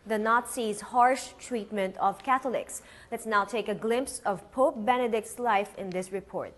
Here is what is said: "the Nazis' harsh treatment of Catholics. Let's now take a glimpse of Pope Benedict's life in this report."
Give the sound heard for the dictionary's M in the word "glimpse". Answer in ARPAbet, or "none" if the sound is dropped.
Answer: M